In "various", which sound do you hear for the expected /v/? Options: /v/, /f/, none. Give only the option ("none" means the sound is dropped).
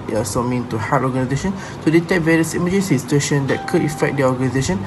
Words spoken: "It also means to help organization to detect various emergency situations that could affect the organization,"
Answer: /v/